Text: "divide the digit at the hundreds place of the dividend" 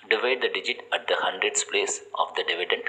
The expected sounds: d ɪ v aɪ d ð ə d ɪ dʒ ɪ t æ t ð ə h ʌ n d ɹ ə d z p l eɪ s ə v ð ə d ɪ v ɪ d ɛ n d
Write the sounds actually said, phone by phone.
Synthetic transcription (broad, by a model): d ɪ v aɪ d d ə d ɪ dʒ ɪ t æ t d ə h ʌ n d ɹ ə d s p l eɪ s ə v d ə d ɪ v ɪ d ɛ n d